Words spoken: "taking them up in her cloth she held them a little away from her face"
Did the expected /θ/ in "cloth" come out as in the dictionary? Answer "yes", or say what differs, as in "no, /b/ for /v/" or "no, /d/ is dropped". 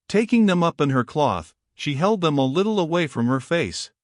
yes